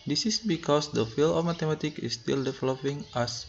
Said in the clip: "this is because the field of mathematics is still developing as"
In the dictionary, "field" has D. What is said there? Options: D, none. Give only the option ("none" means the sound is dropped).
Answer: none